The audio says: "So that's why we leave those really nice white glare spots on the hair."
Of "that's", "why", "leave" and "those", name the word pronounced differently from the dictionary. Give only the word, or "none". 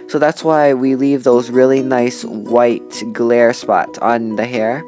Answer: none